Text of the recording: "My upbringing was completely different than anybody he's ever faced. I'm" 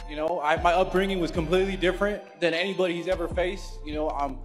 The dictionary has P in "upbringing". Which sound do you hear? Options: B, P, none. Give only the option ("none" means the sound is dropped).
P